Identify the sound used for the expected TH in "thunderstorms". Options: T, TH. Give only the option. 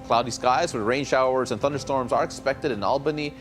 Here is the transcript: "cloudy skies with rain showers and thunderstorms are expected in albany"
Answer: TH